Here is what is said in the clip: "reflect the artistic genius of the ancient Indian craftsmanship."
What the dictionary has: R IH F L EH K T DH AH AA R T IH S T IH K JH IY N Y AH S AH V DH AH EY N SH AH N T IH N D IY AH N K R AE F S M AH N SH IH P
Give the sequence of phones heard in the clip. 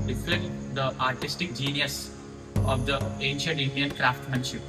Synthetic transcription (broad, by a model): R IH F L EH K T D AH AA R T IH S T IH K JH IY N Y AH S AH V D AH EY N SH AH N T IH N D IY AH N K R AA F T M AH N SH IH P